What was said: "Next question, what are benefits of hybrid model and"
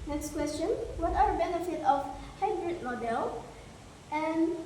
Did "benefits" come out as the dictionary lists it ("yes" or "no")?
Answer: no